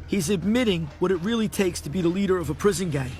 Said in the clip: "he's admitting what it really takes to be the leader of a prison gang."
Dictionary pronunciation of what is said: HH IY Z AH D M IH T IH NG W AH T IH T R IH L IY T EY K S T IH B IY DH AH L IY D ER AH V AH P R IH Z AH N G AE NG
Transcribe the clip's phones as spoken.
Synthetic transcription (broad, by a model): HH IY Z AH D M IH T IH NG W AH T IH T R IH L IY T EY K S T IH B IY DH AH L IY D ER AH V AH P R IH Z AH N G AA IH